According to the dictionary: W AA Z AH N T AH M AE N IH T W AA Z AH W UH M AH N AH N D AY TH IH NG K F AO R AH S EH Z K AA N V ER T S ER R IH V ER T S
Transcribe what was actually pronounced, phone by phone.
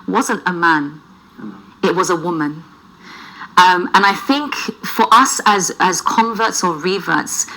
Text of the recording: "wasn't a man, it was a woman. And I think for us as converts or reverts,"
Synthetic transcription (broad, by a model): W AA Z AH N T AH M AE N IH T W AA Z AH W UH M AH N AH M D AY TH IH NG K F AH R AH S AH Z K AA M V ER T S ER R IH V ER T S